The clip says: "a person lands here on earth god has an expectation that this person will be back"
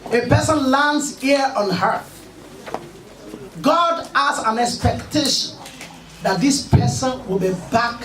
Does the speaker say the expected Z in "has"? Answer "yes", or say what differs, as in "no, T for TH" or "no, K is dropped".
no, S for Z